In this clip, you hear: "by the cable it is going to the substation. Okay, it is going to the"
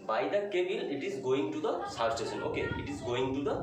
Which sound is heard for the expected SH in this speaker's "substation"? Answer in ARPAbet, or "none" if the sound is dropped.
S